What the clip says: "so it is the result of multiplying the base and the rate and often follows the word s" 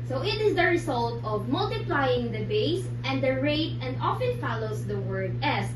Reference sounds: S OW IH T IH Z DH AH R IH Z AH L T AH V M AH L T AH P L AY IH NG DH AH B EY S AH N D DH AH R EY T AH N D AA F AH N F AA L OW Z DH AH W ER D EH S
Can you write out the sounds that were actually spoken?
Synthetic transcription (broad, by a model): S OW IH T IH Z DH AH R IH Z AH L T AH V M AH L T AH P L AY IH NG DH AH B EY S AH N D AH R EY T AH N D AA F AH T F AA L OW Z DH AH W ER D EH S